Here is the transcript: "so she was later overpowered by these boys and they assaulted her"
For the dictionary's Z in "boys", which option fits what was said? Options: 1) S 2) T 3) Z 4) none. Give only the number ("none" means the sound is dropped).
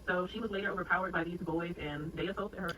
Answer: 3